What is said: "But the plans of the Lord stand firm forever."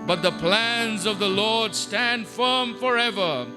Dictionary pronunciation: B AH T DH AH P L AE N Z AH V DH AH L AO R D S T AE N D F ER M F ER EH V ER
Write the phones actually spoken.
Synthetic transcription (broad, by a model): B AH T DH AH P L AE N Z AH V DH AH L AO R D S T AE N D F ER M F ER EH V ER